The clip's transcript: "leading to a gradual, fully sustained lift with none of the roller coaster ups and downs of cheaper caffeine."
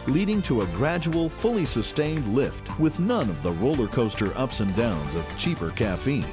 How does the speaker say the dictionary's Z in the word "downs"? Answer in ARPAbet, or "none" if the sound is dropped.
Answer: Z